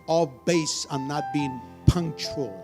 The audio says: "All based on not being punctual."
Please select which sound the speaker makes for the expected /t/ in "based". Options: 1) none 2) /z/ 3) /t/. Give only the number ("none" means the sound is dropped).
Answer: 1